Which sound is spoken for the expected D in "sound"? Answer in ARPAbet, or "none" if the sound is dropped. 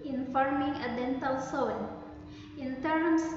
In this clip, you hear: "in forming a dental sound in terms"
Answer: none